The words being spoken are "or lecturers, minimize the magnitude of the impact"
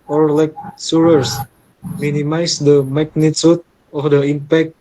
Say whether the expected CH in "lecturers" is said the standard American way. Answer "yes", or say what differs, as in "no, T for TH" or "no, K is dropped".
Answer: no, S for CH